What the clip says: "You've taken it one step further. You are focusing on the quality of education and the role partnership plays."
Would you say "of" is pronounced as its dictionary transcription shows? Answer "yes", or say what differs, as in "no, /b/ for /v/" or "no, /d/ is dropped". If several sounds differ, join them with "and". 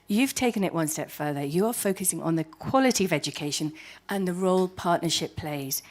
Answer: yes